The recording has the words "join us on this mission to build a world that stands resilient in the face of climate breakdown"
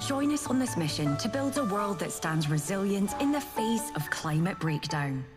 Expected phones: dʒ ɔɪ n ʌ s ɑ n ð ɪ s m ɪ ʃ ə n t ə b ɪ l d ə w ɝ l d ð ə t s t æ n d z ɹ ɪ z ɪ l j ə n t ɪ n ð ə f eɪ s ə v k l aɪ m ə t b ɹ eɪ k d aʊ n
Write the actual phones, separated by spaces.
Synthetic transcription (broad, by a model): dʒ ɔɪ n ʌ s n ð ɪ s m ɪ ʃ ə n t ə b ɪ l d ə w ɝ l d ð ə t s t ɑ n d z ɹ ɪ z ɪ l j ə n t ɪ n ð ə f eɪ s ə v k l aɪ m ə t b ɹ eɪ k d aʊ n